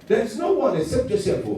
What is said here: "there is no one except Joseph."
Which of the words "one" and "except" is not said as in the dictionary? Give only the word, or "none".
except